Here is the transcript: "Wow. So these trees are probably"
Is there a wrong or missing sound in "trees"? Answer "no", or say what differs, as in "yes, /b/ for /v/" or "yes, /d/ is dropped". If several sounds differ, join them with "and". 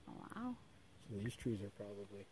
no